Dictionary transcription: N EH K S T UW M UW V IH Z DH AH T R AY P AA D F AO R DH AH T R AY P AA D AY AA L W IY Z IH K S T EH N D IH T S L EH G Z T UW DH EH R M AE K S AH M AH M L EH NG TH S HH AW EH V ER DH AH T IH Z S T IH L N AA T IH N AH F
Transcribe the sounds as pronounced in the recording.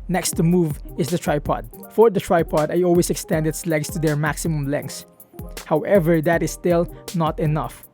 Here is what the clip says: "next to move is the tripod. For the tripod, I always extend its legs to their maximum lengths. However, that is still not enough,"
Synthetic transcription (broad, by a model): N EH K S T UW M UW V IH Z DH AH T R AY P AA D F AO R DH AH T R AY P AA D AY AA L W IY S IH K S T EH N D IH T S L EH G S T UW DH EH R M AE K S AH M AH M L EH NG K S HH AW EH V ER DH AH T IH S T IH L N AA T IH N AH F